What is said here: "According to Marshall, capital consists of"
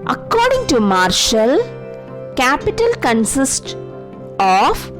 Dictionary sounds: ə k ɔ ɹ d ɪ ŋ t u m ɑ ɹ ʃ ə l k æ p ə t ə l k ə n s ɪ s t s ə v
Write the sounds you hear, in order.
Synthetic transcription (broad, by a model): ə k ɔ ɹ d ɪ ŋ t u m ɑ ɹ ʃ ə l k æ p ə t ə l k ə n s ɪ s t ə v